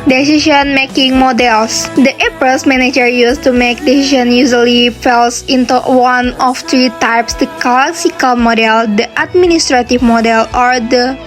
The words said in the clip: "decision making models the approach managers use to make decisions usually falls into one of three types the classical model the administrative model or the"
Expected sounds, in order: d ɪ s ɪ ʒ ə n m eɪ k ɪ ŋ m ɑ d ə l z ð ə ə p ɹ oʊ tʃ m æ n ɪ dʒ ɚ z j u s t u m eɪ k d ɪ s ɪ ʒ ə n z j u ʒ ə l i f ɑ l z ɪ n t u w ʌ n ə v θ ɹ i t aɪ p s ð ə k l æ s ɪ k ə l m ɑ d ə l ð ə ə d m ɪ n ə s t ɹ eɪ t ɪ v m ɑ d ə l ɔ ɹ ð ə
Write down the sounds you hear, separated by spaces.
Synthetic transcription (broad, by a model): d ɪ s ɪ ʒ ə n m eɪ k ɪ ŋ m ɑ d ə l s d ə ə p oʊ s m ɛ n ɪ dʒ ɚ j u s t u m eɪ k d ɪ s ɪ ʃ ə n j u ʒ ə l i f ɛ l s ɪ n t u w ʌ n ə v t ɹ i t aɪ p s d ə k l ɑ s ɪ k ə l m ɑ d ə l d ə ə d m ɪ n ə s t ɹ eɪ t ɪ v m ɑ d ə l ɔ ɹ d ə